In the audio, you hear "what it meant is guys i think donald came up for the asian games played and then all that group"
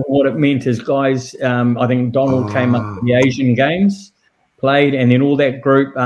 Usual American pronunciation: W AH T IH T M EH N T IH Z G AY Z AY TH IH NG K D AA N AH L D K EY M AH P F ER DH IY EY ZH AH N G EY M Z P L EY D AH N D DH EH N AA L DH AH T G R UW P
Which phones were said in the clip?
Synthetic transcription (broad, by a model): W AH T IH T M EH N T IH Z G AY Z AY TH IH NG K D AA N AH L D K EY M AH P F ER DH IY EY ZH AH N G EY M Z P L EY D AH N DH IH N AA L DH AH T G R UW P